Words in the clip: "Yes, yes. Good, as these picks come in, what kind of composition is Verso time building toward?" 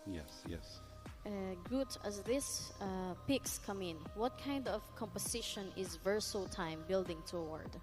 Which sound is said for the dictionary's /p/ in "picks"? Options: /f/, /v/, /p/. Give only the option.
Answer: /p/